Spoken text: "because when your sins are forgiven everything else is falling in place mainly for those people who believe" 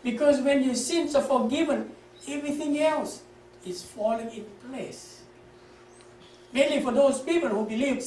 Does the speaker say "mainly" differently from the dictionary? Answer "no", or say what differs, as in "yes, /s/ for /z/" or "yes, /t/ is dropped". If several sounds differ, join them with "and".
no